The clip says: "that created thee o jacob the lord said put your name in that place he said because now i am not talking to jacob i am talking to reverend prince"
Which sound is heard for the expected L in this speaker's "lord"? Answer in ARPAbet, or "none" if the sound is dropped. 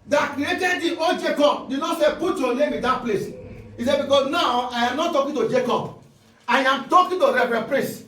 N